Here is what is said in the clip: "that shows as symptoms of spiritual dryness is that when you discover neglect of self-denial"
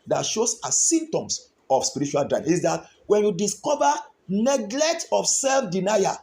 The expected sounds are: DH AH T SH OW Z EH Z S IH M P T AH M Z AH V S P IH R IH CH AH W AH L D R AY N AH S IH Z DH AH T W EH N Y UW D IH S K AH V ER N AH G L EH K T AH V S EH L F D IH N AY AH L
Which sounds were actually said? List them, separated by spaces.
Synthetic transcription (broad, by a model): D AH T SH OW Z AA S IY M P T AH M S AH F S P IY R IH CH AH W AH L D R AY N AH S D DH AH T W EH N Y UW D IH S K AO V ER N AH G L EH K T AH F S EH L F D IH N AY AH